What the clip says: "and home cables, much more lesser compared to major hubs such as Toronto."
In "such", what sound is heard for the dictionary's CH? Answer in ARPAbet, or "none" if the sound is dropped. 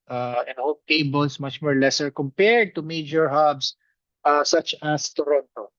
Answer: CH